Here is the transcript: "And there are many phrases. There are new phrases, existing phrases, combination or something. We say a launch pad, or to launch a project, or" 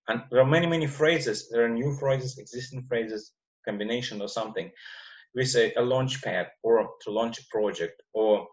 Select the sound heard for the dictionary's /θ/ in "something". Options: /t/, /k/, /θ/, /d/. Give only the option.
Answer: /θ/